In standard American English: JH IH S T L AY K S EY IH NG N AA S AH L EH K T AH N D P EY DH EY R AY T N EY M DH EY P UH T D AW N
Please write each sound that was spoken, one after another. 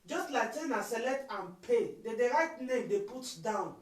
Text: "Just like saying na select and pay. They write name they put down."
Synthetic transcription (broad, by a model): JH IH S T L AY K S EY N AA S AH L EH T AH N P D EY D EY R AY T N EY M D EY P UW T D AW N